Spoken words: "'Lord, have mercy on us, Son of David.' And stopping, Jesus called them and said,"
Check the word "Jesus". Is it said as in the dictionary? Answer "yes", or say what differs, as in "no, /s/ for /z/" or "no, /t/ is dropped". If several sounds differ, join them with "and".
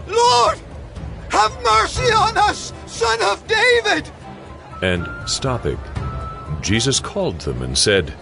yes